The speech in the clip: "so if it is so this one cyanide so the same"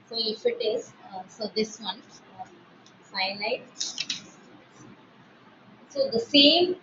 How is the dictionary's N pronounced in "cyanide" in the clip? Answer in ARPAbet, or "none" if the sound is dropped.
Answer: L